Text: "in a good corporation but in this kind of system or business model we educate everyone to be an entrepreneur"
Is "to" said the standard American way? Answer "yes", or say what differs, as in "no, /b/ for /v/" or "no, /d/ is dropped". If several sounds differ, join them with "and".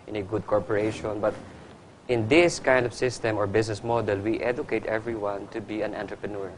yes